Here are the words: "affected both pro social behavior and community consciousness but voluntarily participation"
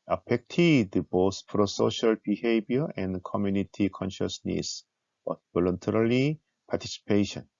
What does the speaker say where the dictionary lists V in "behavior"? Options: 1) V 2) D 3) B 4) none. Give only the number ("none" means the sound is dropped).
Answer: 3